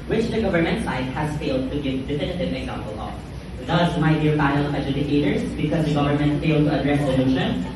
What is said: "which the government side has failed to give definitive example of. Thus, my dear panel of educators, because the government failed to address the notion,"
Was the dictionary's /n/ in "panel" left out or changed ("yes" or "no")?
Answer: yes